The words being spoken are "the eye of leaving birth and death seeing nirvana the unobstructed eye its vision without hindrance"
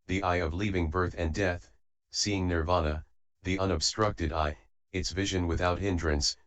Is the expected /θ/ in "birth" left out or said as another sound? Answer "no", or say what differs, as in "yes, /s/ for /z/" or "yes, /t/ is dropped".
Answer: no